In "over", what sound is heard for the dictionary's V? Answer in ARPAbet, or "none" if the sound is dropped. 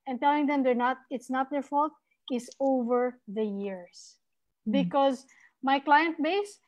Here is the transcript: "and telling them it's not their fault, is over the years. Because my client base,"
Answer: V